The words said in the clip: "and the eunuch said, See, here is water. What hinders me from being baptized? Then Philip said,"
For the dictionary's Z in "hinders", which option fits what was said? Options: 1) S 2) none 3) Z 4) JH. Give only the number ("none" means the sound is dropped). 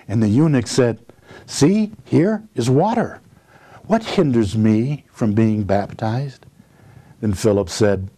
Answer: 3